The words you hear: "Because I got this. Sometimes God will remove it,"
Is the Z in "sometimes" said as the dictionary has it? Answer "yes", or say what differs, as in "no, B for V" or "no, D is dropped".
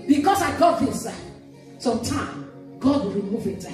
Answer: no, Z is dropped